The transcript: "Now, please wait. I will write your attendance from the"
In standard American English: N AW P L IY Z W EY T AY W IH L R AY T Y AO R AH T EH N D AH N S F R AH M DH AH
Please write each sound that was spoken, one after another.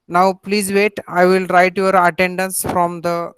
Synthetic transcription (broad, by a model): N AW P L IY Z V EY T AY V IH L R AY T Y AO R AH T EH N D AH N S F R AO M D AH